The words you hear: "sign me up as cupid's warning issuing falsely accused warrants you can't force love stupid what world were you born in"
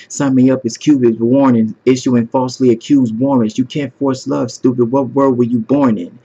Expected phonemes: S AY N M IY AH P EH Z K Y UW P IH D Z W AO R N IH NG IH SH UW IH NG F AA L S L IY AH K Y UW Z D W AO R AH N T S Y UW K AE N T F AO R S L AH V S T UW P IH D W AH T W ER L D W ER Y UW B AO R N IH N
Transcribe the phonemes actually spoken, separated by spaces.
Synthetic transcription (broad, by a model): S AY M IY AH P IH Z K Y UW B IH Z W AO R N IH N IH SH UW IH NG F AA L S L IY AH K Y UW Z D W AO R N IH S Y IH K AE N T F AO R S L AH V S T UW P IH W AH T W ER L D W ER Y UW B AO R N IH N